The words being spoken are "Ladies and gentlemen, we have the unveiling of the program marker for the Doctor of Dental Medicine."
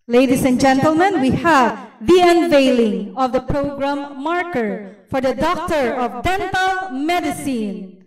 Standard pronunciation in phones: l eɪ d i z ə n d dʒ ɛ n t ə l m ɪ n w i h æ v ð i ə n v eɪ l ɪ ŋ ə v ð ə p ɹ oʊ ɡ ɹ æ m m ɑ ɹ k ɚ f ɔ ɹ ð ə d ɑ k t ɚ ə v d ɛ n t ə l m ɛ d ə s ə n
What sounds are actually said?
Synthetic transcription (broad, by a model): l eɪ d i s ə n dʒ ɛ n t ə l m ɪ n w i h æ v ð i ə n v eɪ l ɪ ŋ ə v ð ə p ɹ oʊ ɡ ɹ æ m m ɑ ɹ k ɚ f ɔ ɹ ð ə d ɑ k t ɚ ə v d ɛ n t ə l m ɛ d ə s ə n